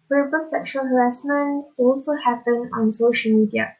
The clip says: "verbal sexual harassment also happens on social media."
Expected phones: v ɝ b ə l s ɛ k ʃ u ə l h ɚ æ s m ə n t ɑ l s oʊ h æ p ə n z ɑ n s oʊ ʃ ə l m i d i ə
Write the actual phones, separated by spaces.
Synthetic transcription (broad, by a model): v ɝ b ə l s ɛ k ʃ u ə l h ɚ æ s m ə n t ɑ l s oʊ h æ p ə n ɑ n s oʊ ʃ ə l m i d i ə